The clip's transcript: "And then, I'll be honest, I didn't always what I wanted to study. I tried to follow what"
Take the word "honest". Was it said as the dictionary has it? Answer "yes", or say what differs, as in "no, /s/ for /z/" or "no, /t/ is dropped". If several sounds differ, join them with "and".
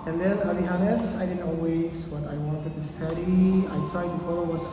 no, /t/ is dropped